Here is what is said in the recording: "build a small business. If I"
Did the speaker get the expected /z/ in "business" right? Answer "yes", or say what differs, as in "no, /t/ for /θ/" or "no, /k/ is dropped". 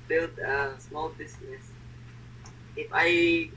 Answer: no, /s/ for /z/